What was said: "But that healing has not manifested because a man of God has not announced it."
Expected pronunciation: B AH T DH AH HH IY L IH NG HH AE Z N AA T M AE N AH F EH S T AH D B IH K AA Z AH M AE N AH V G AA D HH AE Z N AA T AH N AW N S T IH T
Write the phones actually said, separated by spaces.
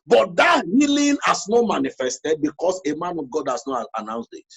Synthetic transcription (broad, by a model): B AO T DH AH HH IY L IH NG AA S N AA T M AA N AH F EH S T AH D B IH K AA S AH M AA N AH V G AA D HH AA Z N AA T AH N AW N S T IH T